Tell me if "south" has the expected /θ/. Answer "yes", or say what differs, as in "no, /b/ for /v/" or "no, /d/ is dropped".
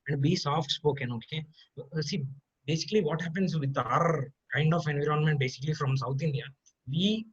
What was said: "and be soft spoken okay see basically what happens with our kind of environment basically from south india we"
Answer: no, /t/ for /θ/